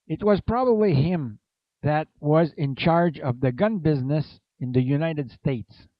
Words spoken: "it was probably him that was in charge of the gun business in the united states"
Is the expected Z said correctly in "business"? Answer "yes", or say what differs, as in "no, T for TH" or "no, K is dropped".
yes